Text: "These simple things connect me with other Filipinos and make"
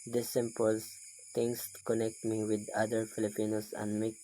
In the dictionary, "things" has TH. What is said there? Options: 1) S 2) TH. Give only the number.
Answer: 1